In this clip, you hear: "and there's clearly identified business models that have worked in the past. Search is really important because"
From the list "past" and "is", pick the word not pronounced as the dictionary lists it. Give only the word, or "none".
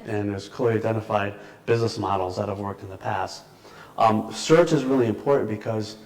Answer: none